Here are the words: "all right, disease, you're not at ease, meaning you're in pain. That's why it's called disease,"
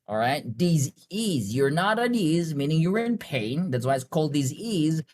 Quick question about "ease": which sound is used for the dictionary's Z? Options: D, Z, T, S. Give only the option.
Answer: Z